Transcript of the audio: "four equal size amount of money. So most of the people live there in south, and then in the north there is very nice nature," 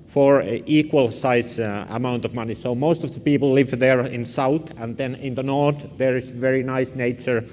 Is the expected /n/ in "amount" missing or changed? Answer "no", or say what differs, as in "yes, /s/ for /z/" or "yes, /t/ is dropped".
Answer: no